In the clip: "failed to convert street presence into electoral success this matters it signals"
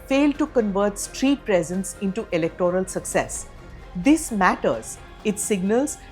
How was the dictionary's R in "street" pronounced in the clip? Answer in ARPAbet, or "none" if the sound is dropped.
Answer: R